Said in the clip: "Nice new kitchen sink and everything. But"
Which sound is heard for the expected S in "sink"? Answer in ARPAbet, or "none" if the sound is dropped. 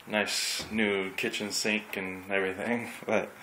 S